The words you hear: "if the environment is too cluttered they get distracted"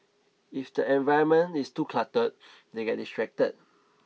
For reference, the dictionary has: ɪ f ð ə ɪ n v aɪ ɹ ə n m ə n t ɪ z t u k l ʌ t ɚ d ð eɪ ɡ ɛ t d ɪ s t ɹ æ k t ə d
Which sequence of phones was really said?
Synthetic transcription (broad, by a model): ɪ f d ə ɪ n v aɪ ə m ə n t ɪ s t u k l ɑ t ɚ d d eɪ ɡ ɛ t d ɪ s t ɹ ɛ k t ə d